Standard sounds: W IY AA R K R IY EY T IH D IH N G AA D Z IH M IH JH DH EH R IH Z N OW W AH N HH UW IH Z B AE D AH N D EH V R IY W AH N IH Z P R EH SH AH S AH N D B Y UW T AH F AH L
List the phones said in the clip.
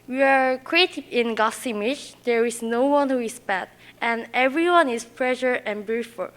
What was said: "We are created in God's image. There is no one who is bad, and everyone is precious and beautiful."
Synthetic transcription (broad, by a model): W IY AA R K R IY EY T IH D IH N G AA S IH M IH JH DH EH R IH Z N OW W AH N HH UW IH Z B AE D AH N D EH V R IY W AH N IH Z P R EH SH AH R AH N B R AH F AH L